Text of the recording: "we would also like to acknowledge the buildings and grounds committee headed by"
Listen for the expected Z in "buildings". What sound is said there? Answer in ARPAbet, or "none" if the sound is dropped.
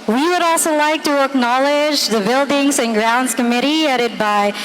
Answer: Z